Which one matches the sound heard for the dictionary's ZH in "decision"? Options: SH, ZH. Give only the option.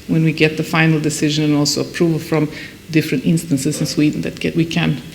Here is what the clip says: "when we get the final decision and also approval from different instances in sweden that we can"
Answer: ZH